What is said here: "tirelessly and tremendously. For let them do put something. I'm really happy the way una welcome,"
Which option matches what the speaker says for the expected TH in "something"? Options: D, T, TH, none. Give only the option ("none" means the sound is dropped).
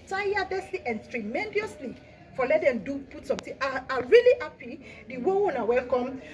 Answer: T